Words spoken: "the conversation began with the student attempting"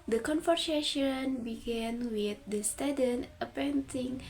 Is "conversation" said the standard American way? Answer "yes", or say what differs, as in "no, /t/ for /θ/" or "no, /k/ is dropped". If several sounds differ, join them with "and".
no, /f/ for /v/